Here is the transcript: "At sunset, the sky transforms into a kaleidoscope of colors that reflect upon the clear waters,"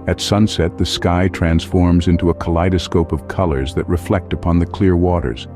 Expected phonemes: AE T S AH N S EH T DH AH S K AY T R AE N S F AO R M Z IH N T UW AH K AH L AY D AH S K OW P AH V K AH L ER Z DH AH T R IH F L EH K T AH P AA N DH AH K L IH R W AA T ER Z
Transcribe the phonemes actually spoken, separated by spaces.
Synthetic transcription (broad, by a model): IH T S AH N S EH T DH AH S K AY T R AE N S F AO R M Z IH N T UW AH K AH L AY D AH S K OW P AH V K AH L ER Z DH AH T R IH F L EH K T AH P AA N DH AH K L IH R W AA T ER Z